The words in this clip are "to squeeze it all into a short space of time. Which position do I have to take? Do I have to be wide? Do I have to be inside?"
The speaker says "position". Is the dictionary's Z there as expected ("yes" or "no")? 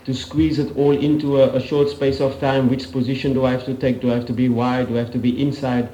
yes